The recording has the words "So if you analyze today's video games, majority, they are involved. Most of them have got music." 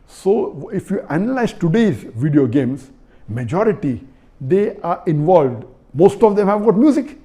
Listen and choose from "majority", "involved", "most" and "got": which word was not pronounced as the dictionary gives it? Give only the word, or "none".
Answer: none